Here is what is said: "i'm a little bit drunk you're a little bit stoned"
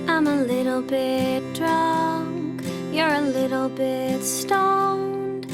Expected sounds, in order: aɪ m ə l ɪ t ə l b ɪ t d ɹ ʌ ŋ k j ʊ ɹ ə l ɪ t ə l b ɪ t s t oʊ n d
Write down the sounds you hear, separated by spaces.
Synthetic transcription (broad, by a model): aɪ m ə l ɪ t l b ɪ t d ɹ ʌ ŋ k j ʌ ɹ ə l ɪ t l b ɪ t s t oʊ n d